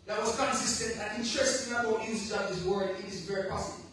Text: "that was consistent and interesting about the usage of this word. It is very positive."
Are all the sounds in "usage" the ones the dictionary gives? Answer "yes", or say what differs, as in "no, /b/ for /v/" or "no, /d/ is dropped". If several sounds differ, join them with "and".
no, /dʒ/ is dropped